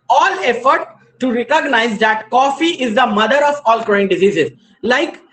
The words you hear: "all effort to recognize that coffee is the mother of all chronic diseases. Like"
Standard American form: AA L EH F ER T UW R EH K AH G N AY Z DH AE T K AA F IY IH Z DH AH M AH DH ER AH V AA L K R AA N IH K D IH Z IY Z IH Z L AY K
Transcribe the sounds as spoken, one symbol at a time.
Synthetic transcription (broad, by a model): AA L EH F ER T UW R EH K AH G N AY Z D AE T K AA F IY IH Z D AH M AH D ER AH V AA L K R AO IH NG D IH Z IY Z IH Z L AY K